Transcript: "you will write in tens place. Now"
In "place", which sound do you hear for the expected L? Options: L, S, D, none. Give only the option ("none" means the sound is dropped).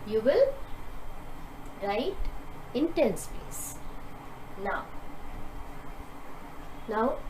none